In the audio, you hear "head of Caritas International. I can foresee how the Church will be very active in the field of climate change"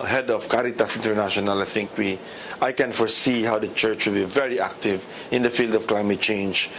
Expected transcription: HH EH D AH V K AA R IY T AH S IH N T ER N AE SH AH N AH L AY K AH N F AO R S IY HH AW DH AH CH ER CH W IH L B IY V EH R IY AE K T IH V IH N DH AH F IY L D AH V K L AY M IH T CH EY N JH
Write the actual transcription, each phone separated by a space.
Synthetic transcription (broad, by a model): HH EH D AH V K AA R IY T AH S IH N T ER N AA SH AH N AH L AY K AH N F AO R S IY HH AW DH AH CH ER CH W IH L B IY V EH R IY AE K T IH V IH N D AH F IY L D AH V K L AY M IH T CH EY N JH